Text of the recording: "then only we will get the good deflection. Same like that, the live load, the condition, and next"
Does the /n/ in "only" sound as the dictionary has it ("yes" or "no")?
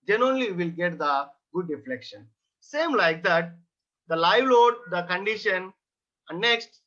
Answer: no